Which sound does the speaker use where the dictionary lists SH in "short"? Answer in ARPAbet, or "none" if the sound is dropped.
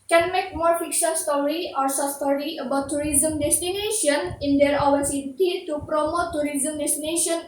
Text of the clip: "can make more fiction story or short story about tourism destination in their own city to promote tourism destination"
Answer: S